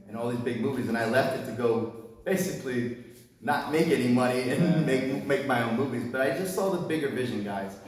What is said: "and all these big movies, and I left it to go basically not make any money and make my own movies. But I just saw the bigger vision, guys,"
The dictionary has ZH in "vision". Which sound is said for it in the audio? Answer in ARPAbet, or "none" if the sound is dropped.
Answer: ZH